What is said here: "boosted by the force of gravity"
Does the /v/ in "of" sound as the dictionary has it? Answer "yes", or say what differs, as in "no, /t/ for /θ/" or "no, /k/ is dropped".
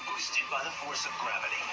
yes